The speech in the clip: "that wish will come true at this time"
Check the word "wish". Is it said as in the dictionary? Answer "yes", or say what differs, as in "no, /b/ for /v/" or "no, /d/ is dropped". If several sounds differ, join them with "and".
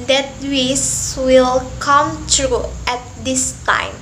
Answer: no, /s/ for /ʃ/